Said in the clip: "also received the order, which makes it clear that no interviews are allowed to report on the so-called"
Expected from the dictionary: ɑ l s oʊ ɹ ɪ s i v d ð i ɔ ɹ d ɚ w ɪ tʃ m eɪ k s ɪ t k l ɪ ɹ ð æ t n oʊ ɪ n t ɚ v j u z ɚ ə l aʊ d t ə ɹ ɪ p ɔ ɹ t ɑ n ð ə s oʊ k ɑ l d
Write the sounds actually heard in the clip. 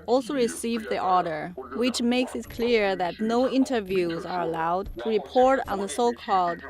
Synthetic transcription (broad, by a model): ɑ l s oʊ ɹ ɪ s i v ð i ɔ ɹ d ɚ w ɪ tʃ m eɪ k s ɪ t k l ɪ ɹ ð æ t n oʊ ɪ n t ɚ v j u z ɚ ə l aʊ d t ə ɹ ɪ p ɔ ɹ t n ð ə s oʊ k ɑ l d